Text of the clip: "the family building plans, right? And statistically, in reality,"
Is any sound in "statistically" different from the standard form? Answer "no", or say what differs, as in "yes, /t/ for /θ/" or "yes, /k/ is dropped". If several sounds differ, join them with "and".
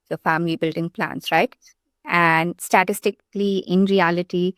no